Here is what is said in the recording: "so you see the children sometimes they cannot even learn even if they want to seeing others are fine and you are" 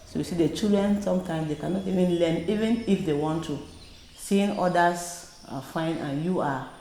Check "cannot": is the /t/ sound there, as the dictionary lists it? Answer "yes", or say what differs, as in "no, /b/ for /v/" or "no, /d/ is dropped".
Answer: yes